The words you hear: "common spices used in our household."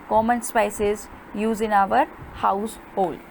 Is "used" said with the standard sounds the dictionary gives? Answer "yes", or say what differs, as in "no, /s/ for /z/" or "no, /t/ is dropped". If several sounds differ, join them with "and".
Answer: no, /d/ is dropped